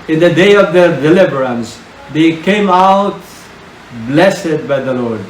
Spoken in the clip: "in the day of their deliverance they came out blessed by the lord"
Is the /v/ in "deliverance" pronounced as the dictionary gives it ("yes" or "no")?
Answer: no